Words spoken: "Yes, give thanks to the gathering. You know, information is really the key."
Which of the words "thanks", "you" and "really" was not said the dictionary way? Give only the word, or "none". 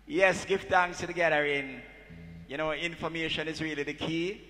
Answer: thanks